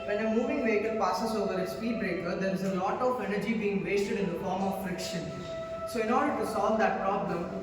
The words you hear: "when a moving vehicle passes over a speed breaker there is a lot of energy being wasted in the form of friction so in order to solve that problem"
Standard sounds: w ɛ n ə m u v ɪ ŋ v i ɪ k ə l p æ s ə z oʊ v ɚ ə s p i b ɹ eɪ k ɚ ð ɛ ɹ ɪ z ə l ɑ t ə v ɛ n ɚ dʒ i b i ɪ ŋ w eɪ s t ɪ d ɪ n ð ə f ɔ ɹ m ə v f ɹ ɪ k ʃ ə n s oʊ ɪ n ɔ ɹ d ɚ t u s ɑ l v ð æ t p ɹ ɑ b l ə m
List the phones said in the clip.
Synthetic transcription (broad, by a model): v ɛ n ə m u v ɪ ŋ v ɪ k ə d p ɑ s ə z oʊ v ɚ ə s p i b ɹ eɪ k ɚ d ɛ ɹ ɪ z ə l ɑ t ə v ɛ n ɚ dʒ i b i ɪ ŋ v eɪ s t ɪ d ɪ n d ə f ɔ ɹ m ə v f ɹ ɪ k ʃ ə n s oʊ ɪ n ɔ ɹ d ɚ t u s ɑ l v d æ t p ɹ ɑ b l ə m